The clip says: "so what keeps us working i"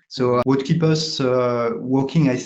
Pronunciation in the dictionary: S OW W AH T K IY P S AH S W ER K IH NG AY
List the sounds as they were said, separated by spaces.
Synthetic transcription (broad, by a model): S OW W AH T K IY P AH S W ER K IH NG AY